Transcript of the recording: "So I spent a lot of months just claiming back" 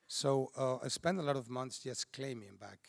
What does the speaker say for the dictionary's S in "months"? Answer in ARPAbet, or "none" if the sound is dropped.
S